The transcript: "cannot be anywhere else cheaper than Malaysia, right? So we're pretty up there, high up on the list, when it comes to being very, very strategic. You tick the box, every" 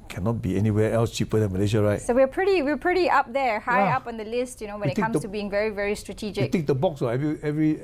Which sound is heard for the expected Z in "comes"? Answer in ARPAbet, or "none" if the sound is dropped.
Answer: none